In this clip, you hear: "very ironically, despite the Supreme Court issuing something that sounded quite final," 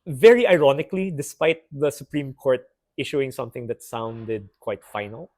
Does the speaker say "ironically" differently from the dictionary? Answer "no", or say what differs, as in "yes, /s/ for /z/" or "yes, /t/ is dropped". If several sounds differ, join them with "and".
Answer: no